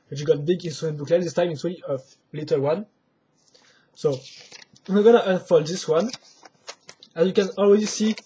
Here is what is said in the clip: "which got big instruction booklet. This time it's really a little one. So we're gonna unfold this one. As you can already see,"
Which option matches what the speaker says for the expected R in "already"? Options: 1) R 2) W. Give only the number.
2